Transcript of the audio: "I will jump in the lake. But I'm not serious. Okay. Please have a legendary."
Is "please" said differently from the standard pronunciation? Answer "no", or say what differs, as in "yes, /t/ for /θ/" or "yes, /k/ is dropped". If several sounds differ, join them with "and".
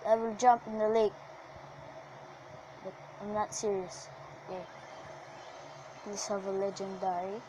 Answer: yes, /s/ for /z/